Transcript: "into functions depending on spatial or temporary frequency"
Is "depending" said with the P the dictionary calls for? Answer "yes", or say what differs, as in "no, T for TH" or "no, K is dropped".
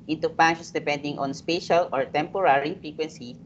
yes